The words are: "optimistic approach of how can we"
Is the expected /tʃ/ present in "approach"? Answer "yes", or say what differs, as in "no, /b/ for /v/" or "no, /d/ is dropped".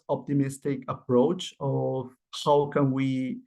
yes